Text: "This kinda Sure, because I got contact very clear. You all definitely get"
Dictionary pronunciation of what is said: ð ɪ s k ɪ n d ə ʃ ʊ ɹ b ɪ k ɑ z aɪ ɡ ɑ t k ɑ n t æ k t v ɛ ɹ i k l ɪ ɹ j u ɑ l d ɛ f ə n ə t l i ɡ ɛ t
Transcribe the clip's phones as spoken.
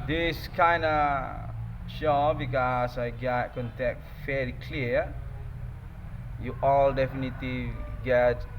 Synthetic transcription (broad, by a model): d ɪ s k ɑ n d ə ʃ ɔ b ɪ k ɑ s aɪ ɡ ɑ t k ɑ n t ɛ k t f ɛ l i k l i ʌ j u ɑ l d ɛ f ə n ə t l i ɡ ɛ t